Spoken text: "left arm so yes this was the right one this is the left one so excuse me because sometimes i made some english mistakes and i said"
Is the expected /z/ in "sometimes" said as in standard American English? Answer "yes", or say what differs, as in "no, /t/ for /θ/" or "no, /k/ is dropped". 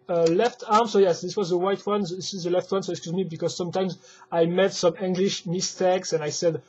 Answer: yes